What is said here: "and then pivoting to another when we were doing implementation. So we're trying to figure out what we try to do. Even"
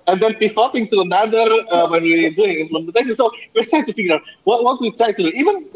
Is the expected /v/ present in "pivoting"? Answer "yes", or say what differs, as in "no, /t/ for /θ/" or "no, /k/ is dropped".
no, /f/ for /v/